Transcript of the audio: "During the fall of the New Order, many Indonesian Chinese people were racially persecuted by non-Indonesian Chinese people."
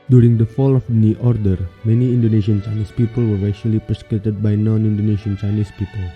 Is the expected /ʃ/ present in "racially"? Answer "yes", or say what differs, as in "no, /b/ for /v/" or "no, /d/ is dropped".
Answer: no, /ʃ/ is dropped